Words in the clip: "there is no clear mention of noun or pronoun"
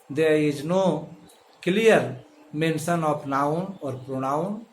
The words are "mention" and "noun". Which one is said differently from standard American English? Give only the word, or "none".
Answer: mention